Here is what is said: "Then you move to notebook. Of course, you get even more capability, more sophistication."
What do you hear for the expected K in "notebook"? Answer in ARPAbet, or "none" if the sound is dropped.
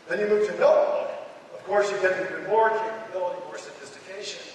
none